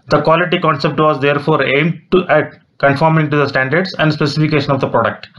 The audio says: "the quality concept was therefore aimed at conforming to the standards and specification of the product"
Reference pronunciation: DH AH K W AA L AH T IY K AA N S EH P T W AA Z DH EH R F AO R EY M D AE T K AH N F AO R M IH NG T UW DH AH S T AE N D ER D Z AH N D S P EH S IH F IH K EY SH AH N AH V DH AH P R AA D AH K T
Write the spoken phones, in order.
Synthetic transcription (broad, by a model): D AH K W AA L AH T IY K AA N S EH P T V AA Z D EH R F AO R EY M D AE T K AH N F AO R M IH NG T UW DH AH S T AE N D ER D S AH N D S P EH S IH F IH K EY SH AH N AH V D AH P R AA D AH K T